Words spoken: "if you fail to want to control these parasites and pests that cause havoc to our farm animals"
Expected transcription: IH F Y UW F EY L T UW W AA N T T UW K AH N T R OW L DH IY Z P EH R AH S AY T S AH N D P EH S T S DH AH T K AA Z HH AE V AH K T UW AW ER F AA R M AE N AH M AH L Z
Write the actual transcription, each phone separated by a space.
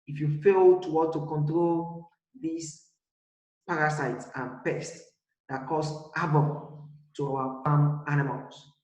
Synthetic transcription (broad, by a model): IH F Y UW F EY L T UW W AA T T UW K AH N T R OW L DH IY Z P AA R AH S AY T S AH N P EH S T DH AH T K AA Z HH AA B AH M T UW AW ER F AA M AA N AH M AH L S